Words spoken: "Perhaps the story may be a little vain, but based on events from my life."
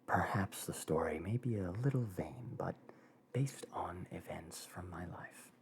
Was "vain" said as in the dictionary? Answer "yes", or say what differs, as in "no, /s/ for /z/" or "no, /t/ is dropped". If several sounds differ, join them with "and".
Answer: yes